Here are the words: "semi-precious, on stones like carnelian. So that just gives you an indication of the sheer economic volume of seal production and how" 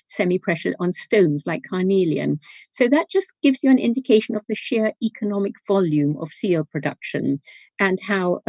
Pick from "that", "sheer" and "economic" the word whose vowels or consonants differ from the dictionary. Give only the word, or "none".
none